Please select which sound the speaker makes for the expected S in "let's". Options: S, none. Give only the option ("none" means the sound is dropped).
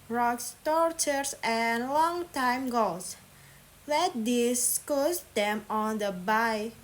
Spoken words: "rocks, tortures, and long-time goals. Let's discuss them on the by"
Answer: none